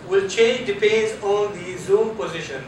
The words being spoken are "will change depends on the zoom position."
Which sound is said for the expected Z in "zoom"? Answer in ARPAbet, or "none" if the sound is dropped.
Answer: Z